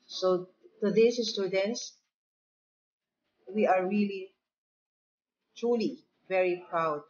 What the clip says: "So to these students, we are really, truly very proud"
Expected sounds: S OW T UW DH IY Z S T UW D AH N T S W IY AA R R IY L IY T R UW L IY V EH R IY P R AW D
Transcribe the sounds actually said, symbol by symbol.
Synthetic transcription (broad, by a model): S OW T UW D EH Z S T UW D AH N T S W IY AA R R IY L IY T R UW L IY V EH R IY P R AW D